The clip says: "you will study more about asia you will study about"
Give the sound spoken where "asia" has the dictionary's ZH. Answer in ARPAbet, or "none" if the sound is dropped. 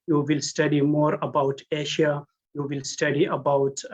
SH